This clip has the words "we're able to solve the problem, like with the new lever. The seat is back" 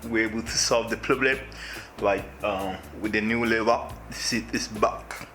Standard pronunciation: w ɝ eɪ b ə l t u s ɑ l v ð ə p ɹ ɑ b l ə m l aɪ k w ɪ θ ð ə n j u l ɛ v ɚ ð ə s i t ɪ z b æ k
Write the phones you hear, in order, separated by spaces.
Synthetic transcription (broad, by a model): w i eɪ b ə l t u s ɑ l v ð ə p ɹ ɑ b l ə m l aɪ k w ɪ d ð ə n j u l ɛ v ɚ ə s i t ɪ s b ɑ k